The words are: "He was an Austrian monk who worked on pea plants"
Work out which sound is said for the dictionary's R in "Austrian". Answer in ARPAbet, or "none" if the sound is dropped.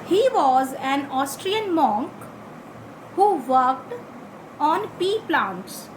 R